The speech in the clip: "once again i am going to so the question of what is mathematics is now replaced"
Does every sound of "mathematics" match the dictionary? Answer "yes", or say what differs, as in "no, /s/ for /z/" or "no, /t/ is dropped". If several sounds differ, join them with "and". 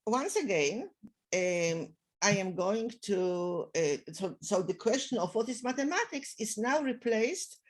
no, /t/ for /θ/